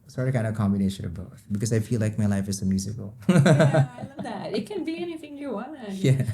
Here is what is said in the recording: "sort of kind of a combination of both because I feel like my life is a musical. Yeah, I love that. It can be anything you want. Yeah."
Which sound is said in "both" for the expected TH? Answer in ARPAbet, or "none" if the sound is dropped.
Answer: T